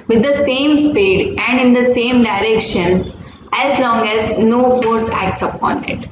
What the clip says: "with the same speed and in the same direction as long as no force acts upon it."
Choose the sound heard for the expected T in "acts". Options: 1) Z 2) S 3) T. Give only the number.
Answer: 3